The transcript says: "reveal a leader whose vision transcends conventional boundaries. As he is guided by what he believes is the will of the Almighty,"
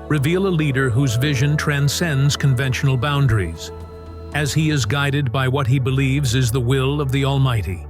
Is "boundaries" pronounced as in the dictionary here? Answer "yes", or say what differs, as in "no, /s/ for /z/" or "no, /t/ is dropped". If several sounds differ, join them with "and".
yes